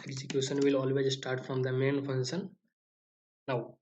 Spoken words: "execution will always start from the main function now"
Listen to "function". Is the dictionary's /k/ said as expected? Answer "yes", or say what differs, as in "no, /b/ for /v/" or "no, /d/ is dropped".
no, /k/ is dropped